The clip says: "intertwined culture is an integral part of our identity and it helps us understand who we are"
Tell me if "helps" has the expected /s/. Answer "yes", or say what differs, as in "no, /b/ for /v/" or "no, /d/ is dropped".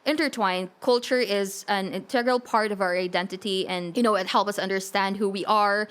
no, /s/ is dropped